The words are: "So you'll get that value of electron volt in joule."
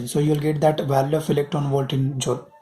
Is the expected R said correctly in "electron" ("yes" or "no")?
no